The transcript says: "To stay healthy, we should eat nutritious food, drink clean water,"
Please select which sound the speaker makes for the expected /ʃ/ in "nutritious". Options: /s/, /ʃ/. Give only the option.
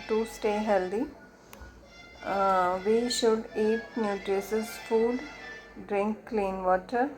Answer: /s/